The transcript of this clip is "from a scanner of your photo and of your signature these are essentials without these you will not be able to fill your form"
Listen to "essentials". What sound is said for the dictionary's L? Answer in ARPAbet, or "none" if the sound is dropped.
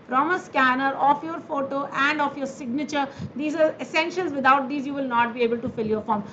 N